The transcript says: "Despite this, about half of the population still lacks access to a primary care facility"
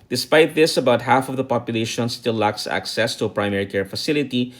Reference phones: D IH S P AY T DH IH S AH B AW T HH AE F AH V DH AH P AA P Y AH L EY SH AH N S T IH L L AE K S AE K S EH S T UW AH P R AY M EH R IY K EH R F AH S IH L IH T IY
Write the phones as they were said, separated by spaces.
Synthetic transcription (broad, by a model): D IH S P AY T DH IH S AH B AW T HH AE F AH V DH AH P AA P Y AH L EY SH AH N S T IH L L AE K S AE K S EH S T UW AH P R AY M EH R IY K EH R F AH S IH L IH T IY